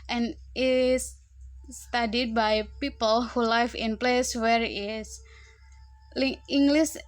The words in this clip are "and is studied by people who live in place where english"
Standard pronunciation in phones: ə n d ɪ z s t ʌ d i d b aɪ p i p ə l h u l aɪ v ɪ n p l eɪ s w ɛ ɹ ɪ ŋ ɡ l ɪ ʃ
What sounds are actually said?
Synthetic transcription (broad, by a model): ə n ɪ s t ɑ d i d b aɪ p i p ə l h u l aɪ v ɪ n p l eɪ s w ɛ ɹ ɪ ŋ ɡ l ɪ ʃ